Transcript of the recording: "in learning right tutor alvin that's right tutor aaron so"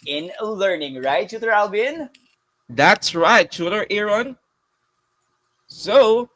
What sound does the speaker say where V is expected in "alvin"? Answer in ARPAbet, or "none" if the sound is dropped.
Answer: B